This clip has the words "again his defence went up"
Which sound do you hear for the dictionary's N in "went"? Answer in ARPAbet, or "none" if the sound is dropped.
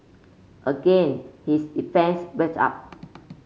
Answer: none